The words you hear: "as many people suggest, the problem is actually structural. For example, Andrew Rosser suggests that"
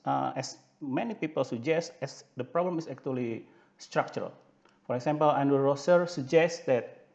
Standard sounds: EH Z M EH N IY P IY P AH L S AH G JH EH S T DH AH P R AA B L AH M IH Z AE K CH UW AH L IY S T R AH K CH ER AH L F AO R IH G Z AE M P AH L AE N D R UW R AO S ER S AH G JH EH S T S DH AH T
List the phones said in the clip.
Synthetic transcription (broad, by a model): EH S M EH N IY P IY P AH L S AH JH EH S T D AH P R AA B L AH M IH S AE K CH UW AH L IY S T R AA K CH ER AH L F AO R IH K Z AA M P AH L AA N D UW R AO S ER S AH JH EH S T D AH T